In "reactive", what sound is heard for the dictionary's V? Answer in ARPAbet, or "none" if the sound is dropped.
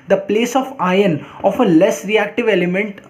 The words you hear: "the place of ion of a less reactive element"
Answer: V